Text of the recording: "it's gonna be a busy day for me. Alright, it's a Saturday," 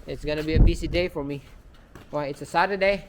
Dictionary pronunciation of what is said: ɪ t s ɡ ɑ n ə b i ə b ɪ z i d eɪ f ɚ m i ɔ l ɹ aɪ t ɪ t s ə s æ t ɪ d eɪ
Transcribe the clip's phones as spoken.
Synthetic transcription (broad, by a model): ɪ t s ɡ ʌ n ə b i ə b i s i d eɪ f ɚ m i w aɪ ɪ t s ə s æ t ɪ d eɪ